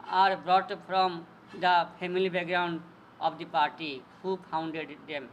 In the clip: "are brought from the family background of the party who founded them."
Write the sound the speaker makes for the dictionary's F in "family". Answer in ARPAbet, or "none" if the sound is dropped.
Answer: P